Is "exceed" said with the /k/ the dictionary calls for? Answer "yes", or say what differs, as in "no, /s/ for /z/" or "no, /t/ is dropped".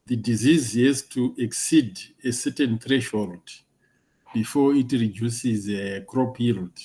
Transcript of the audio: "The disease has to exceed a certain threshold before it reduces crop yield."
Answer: yes